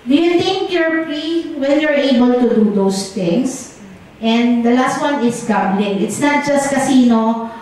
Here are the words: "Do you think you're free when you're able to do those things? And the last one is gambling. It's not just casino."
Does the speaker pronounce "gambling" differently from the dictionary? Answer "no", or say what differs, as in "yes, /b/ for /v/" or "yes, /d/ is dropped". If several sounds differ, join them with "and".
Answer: yes, /m/ is dropped